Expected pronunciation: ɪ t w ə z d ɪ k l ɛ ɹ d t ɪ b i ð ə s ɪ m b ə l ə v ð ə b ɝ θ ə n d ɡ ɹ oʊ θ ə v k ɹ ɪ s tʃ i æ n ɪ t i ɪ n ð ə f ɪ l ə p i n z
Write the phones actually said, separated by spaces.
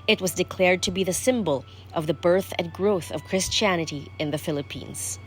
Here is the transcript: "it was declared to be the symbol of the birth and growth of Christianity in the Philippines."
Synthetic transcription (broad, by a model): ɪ t w ə z d ɪ k l ɛ ɹ d t ɪ b i ð ə s ɪ m b ə l ə v ð ə b ɝ θ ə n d ɡ ɹ oʊ θ ə v k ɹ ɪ s tʃ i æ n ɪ t i ɪ n ð ə f ɪ l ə p i n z